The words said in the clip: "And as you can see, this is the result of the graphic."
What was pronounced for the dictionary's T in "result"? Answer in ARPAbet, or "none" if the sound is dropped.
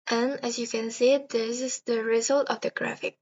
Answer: T